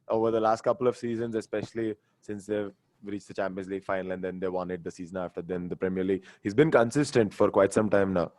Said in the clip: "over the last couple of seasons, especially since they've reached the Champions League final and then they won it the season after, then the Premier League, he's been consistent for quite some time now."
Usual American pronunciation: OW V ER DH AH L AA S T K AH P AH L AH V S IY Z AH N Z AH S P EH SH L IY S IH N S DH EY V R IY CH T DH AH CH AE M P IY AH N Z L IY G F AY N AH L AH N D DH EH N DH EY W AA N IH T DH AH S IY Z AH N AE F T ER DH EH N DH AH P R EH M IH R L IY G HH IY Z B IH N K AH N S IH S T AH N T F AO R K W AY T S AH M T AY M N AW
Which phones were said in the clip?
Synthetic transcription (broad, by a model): OW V ER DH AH L AA S T K AH P AH L AH V S IY Z AH N Z AH S P EH SH L IY S IH N S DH EY R IY CH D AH CH AE M P IY AH N Z L IY G F AY N AH L AH N D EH N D EY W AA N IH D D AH S IY Z AH N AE F T ER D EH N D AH P R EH M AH R L IY G HH IY Z B IH N K AH N S IH S T AH N T F AO R K W AY T S AH M T AY M N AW